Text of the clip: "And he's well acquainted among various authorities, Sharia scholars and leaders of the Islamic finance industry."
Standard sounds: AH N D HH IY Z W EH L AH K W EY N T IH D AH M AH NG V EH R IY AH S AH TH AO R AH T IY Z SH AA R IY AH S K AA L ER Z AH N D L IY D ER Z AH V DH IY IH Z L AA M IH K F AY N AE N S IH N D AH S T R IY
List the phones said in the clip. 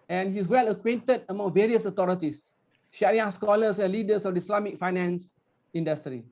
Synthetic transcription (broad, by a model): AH N HH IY S W EH L AH K W EY N T IH D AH M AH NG V EH R IY AH S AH T AO R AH T IY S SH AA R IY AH S K AA L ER S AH N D L IY D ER S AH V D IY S L AA M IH K F AY N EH N S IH N D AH S T R IY